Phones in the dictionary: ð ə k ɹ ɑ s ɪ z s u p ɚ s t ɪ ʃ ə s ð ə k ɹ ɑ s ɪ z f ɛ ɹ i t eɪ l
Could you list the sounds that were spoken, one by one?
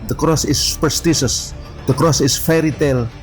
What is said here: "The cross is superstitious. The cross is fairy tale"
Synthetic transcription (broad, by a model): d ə k ɹ ɑ s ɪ s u p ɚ s t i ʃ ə s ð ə k ɹ ɑ s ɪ s f ɛ ɹ i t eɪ l